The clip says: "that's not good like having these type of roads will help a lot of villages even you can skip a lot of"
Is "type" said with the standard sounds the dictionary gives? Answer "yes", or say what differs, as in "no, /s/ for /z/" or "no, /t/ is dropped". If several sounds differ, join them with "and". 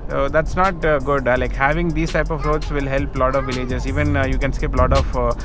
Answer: yes